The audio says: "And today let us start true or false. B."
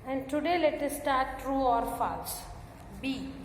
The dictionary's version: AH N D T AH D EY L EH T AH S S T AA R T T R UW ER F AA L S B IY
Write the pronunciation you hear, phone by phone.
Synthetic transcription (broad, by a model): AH N D T AH D EY L EH T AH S S T AA R T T R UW ER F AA S B IY